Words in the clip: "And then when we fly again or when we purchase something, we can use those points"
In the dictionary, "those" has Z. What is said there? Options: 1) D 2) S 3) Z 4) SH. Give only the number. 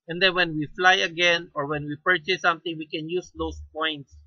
2